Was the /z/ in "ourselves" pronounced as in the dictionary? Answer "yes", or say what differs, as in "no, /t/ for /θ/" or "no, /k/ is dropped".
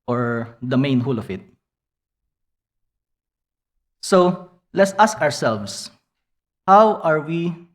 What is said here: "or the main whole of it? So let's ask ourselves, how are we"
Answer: no, /s/ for /z/